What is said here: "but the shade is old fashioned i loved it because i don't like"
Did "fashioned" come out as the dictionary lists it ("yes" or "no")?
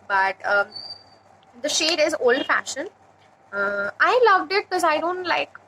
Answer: no